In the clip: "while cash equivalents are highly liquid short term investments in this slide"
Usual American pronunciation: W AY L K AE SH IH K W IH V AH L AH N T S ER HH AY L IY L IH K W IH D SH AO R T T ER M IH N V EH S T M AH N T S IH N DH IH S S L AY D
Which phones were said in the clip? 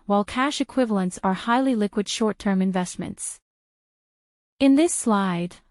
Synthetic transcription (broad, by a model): W AY L K AE SH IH K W IH V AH L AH N T S ER HH AY L IY L IH K W IH D SH AO R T T ER M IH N V EH S T M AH N T S IH N DH IH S S L AY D